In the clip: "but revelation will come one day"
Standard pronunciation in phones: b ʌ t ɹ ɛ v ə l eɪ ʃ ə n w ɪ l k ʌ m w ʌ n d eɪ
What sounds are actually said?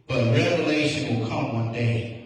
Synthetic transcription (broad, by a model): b ʌ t ɹ ɛ v ə l eɪ ʃ ə n w ɪ l k ʌ m w ʌ n d eɪ